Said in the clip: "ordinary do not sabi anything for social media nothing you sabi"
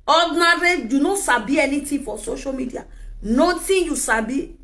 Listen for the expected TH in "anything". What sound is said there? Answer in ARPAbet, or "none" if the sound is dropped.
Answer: T